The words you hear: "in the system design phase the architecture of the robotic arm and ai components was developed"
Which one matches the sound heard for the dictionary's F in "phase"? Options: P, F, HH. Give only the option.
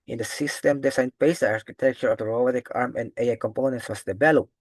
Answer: P